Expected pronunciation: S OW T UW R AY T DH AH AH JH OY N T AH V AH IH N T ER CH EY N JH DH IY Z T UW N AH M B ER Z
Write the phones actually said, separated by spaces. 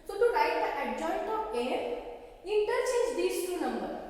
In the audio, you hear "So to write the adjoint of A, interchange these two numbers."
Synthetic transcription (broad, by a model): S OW T UW R AY T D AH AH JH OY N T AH P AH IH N T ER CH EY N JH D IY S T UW N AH M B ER